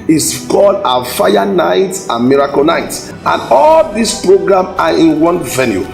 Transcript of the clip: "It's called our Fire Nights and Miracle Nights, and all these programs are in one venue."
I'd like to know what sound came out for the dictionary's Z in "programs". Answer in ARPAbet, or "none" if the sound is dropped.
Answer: none